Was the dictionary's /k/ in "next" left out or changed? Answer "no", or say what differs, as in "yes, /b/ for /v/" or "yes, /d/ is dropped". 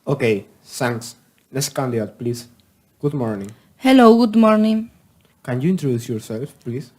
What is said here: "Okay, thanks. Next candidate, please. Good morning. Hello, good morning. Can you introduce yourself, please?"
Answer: yes, /k/ is dropped